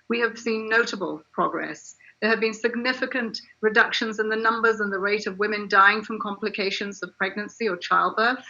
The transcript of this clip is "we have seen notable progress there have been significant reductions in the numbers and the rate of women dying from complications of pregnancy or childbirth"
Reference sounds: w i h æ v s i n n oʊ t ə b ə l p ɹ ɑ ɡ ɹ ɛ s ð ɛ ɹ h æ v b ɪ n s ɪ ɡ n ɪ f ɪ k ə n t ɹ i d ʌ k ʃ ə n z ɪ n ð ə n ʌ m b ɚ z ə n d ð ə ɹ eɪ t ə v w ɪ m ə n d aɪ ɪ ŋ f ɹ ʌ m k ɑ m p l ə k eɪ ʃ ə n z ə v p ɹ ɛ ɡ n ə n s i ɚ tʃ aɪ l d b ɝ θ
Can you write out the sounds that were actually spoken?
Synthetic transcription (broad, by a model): w i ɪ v s i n n oʊ t ə b ə l p ɹ ɑ ɡ ɹ ɛ s ð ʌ ɹ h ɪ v b ɪ n s ɪ ɡ n ɪ f ɪ k ə n t ɹ i d ʌ k ʃ ə n z ɪ n ð ə n ʌ m b ɚ z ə n ð ə ɹ eɪ t ə v w ɪ m ə n d aɪ ɪ ŋ f ɹ ʌ m k ɑ m p l ə k eɪ ʃ ə n z ə v p ɹ ɛ ɡ n ə n s i ɚ tʃ aɪ l d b ɝ θ